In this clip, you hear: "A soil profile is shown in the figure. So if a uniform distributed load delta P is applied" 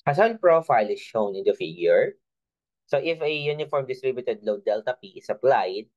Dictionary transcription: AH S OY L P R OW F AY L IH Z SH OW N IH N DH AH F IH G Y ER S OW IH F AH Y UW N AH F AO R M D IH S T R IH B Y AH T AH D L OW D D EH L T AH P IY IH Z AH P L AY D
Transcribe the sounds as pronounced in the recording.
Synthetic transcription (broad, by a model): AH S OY N P R OW F AY L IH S SH OW N IH N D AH F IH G Y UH S OW IH F AH Y UW N AH F AO R M D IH S T R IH B Y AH T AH D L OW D D EH L T AH P IY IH S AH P L AY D